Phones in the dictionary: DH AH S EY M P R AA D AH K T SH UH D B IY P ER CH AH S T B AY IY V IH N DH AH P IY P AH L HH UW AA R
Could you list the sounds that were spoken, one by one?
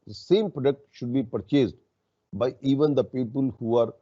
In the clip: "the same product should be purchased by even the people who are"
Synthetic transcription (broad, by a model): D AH S EY M P R AA D AH K T SH UH D B IY P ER CH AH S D B AY IY V IH N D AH P IY P AH L HH UW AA R